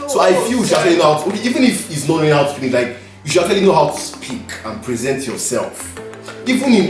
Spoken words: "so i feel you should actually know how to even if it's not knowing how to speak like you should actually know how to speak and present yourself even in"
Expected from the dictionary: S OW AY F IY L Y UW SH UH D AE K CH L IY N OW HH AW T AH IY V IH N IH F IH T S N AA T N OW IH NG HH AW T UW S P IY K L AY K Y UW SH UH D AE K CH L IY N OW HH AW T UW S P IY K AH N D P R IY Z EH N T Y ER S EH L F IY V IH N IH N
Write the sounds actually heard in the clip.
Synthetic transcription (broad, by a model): S OW AY F IY L Y UW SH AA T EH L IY N OW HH AW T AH IY V IH N IH F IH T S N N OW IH HH AW T UW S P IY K L AY K Y UW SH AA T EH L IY N OW HH AW T UW S P IY K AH N P R IY Z EH N T Y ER S EH L F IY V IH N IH